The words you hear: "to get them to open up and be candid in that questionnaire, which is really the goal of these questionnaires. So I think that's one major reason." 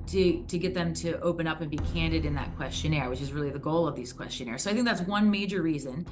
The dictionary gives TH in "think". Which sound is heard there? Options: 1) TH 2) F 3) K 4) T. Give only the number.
1